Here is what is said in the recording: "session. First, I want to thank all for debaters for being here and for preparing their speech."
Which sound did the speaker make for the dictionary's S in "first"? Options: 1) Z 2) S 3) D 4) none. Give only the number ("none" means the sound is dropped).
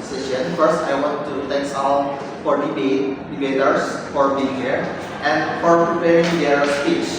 2